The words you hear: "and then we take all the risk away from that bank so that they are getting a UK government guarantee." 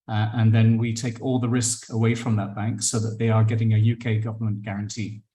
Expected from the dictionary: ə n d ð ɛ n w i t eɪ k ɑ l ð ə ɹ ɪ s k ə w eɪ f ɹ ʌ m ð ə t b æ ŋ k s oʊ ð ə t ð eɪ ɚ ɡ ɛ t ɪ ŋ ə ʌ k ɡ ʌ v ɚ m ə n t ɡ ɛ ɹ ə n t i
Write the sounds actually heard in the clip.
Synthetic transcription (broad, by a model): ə n ð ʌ n w i t eɪ k ɑ l ð ə ɹ ɪ s k ə w eɪ f ɹ ʌ m ð ə t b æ ŋ k s oʊ ð ə t ð eɪ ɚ ɡ ɛ t ɪ ŋ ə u k ɡ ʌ v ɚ m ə n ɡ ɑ ɹ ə n t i